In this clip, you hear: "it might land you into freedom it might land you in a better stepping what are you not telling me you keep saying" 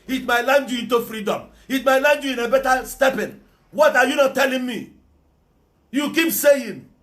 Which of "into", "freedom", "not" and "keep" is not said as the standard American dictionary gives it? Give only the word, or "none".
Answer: none